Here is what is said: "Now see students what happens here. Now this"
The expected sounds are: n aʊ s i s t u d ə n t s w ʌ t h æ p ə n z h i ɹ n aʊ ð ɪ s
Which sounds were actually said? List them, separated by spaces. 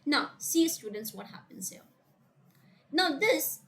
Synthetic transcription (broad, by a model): n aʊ s i s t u d n t s w ʌ t h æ p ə n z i l n aʊ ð ɪ s